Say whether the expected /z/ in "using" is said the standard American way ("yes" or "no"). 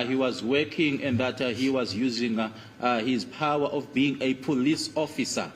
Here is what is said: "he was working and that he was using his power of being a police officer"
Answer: yes